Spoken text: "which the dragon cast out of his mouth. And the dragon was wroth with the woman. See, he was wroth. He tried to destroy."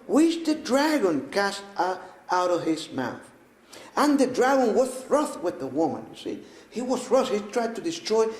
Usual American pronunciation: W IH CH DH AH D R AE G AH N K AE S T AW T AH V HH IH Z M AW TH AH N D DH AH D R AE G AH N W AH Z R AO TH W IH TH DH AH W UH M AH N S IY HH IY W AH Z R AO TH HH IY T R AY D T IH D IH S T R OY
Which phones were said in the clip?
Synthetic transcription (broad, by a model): W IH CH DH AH D R AE G AH N K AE S T AW T AH V HH IH Z M AW TH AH N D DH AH D R AE G AH N W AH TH R AO TH W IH DH AH W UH M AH N S IY HH IY W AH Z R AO S HH IY T R AY D T IH D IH S T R OY